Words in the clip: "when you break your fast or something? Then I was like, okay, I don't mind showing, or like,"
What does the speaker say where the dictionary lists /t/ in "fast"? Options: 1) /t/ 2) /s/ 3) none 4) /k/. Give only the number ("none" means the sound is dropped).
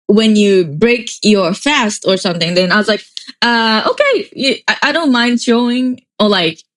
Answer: 1